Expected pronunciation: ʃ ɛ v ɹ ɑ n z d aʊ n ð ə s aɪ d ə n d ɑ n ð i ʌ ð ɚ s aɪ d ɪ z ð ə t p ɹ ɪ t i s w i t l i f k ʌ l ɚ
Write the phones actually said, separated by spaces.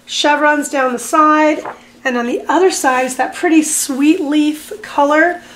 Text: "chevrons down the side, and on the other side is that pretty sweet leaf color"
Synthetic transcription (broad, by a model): ʃ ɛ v ɹ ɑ n z d aʊ n ð ə s aɪ d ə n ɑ n ð i ʌ ð ɚ s aɪ d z ð ə t p ɹ ɪ t i s w i t l i f k ʌ l ɚ